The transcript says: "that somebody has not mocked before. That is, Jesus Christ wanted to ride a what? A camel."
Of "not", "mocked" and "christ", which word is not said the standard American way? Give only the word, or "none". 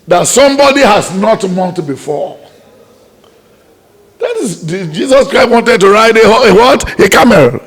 mocked